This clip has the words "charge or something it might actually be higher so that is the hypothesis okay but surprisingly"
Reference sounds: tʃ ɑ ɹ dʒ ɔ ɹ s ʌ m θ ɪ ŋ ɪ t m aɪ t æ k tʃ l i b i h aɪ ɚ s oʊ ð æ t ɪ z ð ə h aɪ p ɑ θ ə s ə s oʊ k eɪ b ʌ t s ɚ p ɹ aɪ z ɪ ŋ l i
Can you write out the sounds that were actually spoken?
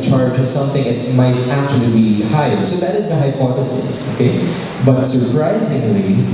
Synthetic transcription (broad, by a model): tʃ ɑ ɹ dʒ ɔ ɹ s ʌ m θ ɪ ŋ ɪ t m aɪ t æ k tʃ l i b i h aɪ ɚ s oʊ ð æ t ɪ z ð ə h aɪ p ɑ θ ə s ə s oʊ k eɪ b ʌ t s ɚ p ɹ aɪ z ɪ ŋ l i